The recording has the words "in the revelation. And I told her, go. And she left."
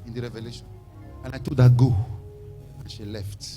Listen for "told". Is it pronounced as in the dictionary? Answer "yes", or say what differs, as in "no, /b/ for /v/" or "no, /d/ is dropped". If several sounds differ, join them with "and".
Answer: no, /l/ is dropped